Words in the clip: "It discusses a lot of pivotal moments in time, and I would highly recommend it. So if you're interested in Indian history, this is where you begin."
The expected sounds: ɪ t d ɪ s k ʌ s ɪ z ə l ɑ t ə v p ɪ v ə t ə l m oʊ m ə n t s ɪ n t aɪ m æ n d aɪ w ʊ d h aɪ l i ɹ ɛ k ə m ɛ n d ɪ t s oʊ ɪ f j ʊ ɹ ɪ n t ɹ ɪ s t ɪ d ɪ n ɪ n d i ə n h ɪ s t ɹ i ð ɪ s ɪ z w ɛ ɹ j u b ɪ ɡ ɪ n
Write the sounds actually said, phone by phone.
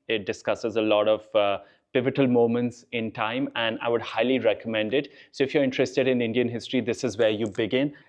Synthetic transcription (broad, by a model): ɪ t d ɪ s k ʌ s ɪ z ə l ɑ t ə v p ɪ v ə t ə l m oʊ m ə n t s ɪ n t aɪ m æ n d aɪ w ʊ d h aɪ l i ɹ ɛ k ə m ɛ n d ɪ t s oʊ ɪ f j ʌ ɹ ɪ n t ɹ ɪ s t ɪ d ɪ n ɪ n d i ə n h ɪ s t ɹ i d ɪ s ɪ z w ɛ ɹ j u b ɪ ɡ ɪ n